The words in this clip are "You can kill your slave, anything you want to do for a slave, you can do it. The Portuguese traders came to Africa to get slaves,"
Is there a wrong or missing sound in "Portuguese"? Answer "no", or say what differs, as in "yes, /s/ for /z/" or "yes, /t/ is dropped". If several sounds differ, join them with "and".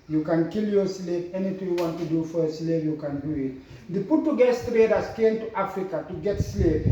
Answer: yes, /s/ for /z/